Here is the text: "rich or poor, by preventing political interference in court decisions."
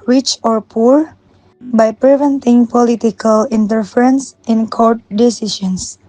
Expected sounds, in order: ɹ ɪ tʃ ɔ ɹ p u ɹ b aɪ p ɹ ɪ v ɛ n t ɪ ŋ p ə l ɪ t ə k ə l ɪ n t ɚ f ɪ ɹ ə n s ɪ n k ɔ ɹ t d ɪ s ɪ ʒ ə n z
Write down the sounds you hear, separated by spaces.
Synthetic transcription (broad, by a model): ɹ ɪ tʃ ɔ ɹ p u ɹ b aɪ p ɹ ɪ v ɛ n t ɪ ŋ p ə l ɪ t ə k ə l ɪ n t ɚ f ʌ ɹ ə n s ɪ n k ɔ ɹ t d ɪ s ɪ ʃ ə n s